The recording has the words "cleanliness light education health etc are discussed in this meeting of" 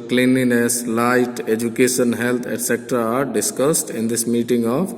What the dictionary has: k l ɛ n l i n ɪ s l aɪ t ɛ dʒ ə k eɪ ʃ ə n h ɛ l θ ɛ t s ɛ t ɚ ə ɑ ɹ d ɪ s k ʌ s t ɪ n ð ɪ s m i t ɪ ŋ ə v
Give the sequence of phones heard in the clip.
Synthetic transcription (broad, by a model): k l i n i n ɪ s l aɪ t ɛ dʒ ə k eɪ ʃ ə n h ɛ l t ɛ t s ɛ t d ɑ ɹ d ɪ s k ʌ s t ɪ n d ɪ s m i t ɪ ŋ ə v